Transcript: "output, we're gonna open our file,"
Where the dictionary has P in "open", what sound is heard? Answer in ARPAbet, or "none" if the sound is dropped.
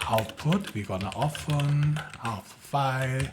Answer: F